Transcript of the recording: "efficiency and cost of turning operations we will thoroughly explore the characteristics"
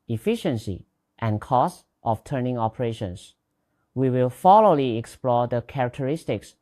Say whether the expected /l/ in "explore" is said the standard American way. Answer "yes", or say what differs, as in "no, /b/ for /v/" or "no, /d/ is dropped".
yes